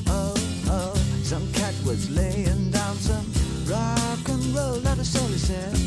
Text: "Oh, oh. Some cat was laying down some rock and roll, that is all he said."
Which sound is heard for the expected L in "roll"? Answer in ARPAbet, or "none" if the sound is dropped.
L